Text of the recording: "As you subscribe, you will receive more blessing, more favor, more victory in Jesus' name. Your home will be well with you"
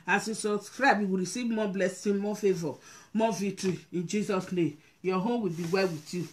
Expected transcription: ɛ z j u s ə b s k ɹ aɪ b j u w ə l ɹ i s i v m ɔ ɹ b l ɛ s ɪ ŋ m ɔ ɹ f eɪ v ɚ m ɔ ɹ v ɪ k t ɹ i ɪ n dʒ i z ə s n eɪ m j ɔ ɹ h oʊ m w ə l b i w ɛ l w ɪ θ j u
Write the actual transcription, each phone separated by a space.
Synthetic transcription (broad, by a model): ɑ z j u s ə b s k ɹ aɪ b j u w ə ɹ i s i v m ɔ b l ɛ s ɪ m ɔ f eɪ v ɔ m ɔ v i t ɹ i ɪ n dʒ i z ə s n eɪ m j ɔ h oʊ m w ə l b i w ɛ l w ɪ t j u